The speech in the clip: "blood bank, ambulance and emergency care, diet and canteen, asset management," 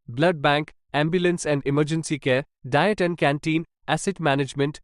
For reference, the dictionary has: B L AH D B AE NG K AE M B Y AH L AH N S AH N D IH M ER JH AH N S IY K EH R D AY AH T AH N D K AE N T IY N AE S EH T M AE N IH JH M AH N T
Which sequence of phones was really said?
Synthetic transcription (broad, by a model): B L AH D B AE NG K AE M B Y AH L AH N S AH N D IH M ER JH AH N S IY K EH R D AY AH T AH N D K AE N T IY N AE S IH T M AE N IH JH M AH N T